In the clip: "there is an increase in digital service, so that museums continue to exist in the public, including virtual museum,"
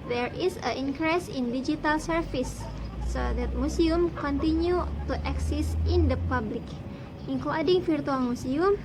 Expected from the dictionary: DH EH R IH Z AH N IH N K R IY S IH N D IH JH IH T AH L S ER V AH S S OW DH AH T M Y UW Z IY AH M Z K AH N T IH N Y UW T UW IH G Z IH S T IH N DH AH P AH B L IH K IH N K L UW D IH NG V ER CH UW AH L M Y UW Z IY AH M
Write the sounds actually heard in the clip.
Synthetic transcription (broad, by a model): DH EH R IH S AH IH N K R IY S IH N D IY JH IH T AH L S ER F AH S S OW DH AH T M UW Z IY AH M K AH N T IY N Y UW T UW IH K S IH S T IH N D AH P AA B L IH K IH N K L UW D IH NG F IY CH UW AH L M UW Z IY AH M